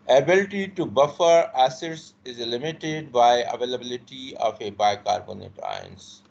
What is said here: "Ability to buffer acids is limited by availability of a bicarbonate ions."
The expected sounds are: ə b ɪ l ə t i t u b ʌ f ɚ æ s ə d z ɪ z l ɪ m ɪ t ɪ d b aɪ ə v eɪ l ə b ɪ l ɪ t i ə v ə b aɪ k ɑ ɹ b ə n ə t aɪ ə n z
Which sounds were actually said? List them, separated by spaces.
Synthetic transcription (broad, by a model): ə b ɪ l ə t i t u b ʌ f ɚ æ s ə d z ɪ z l ɪ m ɪ t ɪ d b aɪ ə v eɪ l ə b ɪ l ɪ t i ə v ə b aɪ k ɑ ɹ b ə n ə t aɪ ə n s